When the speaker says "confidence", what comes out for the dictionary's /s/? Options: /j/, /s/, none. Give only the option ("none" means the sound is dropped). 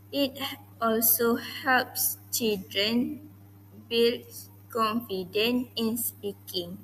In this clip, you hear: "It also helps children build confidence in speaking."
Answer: none